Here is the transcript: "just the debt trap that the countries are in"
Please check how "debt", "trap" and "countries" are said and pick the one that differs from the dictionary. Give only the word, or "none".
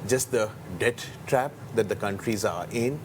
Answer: none